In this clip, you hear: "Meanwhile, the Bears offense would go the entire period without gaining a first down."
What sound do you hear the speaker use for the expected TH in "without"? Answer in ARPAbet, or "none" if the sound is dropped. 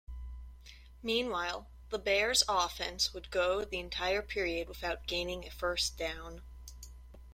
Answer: TH